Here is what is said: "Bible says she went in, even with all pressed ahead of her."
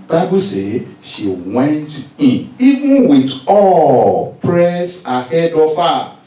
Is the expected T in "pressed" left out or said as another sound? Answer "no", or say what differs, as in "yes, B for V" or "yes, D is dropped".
yes, T is dropped